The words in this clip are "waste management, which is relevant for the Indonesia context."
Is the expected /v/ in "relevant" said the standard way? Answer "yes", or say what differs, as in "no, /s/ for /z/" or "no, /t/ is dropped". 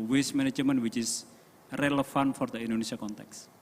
no, /f/ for /v/